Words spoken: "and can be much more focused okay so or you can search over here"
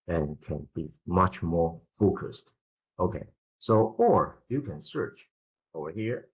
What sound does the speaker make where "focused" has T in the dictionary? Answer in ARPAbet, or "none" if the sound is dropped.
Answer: T